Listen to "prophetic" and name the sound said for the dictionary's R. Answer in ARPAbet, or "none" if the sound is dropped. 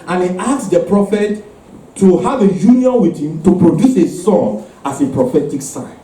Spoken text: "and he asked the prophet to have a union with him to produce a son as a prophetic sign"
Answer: R